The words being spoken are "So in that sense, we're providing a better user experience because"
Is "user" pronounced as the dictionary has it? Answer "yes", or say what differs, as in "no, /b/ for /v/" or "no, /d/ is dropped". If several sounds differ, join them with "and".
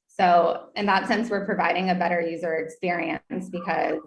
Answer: yes